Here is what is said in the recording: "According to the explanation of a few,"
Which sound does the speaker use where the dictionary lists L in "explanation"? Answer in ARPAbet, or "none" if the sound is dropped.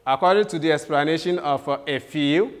L